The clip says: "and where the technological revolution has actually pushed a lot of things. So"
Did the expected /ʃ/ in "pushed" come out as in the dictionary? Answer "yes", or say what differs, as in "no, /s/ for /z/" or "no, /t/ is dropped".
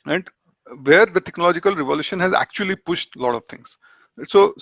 yes